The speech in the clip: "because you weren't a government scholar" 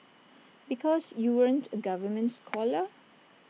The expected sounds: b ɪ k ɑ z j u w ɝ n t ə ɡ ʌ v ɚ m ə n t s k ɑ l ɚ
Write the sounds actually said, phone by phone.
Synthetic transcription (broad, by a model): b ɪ k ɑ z j u w ɝ n t ə ɡ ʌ v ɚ m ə n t s k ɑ l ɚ